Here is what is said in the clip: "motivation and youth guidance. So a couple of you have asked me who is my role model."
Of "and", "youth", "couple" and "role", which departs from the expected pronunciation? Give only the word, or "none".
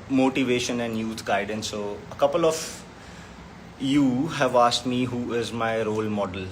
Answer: youth